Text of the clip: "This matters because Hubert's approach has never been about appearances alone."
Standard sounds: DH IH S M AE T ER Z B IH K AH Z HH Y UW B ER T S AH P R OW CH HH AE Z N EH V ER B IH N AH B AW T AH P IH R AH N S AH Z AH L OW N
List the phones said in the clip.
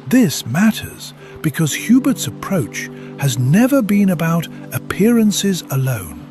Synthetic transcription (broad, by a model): DH IH S M AE T ER Z B IH K AH Z HH Y UW B ER T S AH P R OW CH HH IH Z N EH V ER B IH N AH B AW T AH P IH R AH N S AH Z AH L OW N